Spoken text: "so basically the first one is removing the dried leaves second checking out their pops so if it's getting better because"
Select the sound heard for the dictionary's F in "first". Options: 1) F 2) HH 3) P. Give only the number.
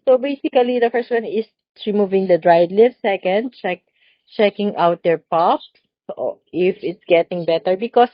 1